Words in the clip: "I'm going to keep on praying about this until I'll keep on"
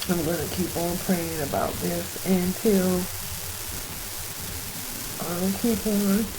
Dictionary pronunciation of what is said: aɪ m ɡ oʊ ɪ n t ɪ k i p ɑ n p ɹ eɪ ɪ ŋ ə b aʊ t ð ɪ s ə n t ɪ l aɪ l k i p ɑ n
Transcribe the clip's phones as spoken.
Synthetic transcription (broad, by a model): aɪ m ɡ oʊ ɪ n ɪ k i p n p ɹ eɪ ɪ ŋ ə b aʊ t ð ɪ s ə n t ɪ l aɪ k i p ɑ n